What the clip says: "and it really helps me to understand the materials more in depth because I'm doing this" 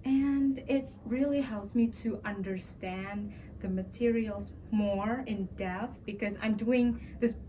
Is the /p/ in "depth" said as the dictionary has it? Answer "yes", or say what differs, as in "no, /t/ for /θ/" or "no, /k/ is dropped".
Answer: no, /p/ is dropped